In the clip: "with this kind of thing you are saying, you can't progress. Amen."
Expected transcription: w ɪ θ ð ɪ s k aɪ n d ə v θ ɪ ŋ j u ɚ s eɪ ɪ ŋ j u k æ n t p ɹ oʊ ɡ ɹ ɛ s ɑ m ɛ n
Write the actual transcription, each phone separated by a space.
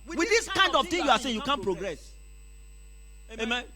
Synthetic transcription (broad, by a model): w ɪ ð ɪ s k aɪ n d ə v t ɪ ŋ j u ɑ s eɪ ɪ j u k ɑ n p ɹ oʊ ɡ ɹ ɛ s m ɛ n